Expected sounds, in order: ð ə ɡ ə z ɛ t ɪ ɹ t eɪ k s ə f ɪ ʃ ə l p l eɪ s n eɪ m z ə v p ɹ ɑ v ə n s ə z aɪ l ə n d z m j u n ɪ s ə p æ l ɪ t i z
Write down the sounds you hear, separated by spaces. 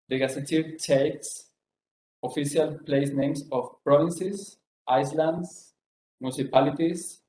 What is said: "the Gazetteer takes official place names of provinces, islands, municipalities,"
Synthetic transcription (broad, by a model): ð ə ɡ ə s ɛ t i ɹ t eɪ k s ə f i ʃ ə l p l eɪ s n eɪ m s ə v p ɹ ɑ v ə n s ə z aɪ l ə n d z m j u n s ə p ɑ l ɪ t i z